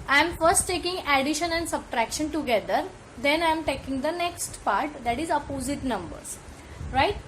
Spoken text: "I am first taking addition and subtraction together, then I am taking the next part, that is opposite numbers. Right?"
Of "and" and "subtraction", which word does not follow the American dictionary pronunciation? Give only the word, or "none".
none